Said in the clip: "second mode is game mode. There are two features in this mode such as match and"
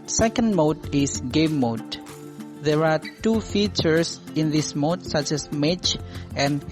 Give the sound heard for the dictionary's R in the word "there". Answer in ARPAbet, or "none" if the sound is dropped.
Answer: R